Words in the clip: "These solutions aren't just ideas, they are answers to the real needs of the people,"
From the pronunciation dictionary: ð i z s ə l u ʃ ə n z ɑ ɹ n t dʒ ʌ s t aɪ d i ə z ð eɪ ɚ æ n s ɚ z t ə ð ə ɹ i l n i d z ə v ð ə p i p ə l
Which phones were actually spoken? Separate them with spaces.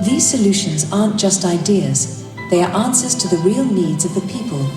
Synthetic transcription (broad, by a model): ð i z s ə l u ʃ ə n z ɑ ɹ n dʒ ʌ s t aɪ d i ə z ð eɪ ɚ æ n s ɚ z t ə ð ə ɹ i l n i d z ə v ð ə p i p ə l